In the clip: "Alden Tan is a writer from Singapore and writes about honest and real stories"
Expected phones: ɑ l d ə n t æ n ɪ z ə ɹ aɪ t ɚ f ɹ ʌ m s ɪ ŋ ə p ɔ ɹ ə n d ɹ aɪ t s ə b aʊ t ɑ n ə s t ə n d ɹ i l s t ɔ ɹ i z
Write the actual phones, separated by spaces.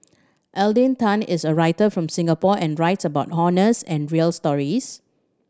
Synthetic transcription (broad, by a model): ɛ l d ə n t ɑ n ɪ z ə ɹ aɪ t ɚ f ɹ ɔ m s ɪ ŋ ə p ɔ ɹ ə n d ɹ aɪ t s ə b aʊ t ɑ n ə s ə n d ɹ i l s t ɔ ɹ i s